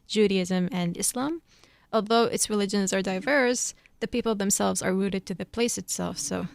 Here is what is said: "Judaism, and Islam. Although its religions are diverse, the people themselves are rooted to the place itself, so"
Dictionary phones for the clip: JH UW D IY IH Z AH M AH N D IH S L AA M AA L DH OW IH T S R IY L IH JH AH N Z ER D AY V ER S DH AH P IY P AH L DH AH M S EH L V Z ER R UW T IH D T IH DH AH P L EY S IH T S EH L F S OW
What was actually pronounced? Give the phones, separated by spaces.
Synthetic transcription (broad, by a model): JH UW D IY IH Z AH M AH N IH S L AA M AA L DH OW IH T S R IY L IH JH AH N Z ER D AY V ER S DH AH P IY P L DH AH M S EH L V Z ER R UW T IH D T IH DH AH P L EY S IH T S EH L F S OW